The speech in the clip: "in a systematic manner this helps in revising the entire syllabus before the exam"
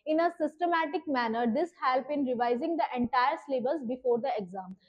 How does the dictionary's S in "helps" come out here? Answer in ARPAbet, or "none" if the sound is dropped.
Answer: none